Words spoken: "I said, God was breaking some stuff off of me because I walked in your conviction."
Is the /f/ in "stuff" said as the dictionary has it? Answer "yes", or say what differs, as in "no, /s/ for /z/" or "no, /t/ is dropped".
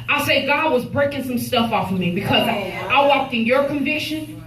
yes